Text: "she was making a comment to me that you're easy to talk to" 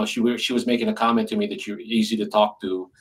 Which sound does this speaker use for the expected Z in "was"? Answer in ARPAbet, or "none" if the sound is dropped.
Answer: Z